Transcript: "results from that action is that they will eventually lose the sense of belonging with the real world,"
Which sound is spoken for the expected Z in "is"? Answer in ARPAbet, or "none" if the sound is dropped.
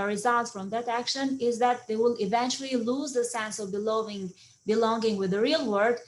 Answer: Z